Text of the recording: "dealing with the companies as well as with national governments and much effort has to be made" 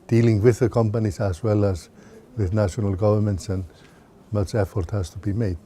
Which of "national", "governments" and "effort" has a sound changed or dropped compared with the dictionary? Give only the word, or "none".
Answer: none